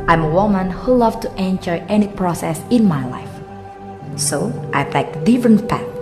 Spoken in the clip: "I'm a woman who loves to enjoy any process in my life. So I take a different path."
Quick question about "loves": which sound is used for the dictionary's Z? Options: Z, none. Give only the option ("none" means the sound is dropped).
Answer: none